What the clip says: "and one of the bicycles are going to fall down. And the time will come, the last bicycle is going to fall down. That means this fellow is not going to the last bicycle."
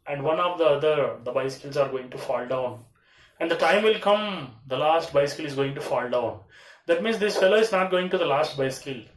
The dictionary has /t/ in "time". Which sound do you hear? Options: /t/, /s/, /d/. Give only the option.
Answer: /t/